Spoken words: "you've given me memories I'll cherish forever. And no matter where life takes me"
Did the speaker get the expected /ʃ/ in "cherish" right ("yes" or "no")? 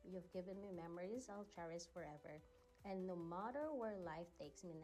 no